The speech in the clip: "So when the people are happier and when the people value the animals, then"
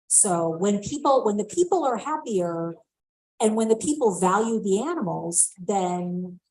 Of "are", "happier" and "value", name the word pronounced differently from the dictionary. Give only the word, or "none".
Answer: none